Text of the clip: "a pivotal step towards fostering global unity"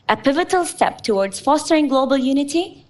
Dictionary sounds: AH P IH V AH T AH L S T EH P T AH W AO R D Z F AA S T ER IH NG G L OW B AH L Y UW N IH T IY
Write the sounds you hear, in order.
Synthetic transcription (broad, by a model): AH P IH V AH T AH L S T EH P T AH W AO R D Z F AA S T ER IH NG G L OW B AH L Y UW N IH T IY